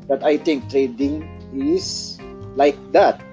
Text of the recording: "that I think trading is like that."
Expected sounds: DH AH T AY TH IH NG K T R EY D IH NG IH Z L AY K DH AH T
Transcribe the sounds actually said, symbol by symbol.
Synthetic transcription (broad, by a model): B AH T AY T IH NG K T R EY D IH NG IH S L AY K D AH T